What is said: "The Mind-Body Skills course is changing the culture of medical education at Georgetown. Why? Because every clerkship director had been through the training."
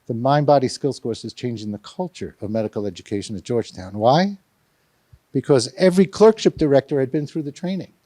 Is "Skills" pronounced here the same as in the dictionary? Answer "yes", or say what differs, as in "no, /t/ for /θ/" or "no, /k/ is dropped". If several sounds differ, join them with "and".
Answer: no, /s/ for /z/